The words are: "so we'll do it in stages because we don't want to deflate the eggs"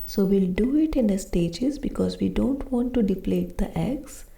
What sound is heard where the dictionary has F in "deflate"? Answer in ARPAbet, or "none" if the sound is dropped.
P